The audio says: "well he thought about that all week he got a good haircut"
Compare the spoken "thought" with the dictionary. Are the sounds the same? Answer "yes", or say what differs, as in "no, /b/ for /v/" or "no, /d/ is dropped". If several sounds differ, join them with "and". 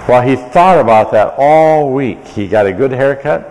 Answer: yes